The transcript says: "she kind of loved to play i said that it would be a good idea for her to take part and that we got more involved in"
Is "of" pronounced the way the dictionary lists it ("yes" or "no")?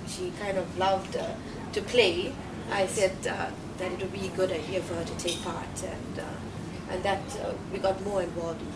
yes